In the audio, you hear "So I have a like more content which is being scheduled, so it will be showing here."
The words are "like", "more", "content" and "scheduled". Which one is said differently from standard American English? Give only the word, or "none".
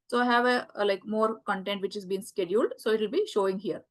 none